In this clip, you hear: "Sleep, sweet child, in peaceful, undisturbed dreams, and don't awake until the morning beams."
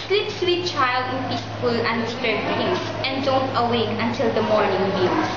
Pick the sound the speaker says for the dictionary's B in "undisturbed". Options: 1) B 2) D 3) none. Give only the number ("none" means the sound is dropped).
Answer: 3